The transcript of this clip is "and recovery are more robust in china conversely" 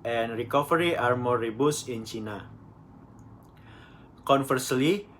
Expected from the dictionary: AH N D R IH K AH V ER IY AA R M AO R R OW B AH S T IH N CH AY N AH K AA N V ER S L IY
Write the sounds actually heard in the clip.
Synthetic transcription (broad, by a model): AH N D R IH K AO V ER IY AA R M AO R R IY B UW S IH N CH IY N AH K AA N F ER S L IY